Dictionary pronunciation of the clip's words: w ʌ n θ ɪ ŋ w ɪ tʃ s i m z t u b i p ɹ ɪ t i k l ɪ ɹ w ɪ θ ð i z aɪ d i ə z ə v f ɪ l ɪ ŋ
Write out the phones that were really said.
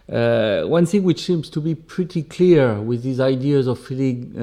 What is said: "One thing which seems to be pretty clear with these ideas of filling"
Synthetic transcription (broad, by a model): w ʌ n θ ɪ ŋ w ɪ tʃ s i m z t u b i p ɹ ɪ t i k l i ɹ w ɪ ð i z aɪ d i ə z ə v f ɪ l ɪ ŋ